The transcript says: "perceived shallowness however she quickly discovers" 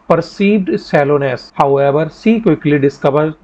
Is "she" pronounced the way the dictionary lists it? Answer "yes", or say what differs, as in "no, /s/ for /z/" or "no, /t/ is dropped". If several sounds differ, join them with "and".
no, /s/ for /ʃ/